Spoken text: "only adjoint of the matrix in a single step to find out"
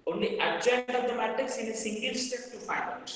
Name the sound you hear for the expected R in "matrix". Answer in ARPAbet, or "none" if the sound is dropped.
none